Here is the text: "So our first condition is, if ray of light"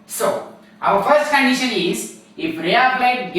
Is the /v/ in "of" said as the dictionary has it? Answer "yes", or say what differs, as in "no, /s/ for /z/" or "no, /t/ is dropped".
no, /b/ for /v/